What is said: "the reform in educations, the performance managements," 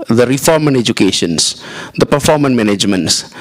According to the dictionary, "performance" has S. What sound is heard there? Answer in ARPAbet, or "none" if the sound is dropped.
none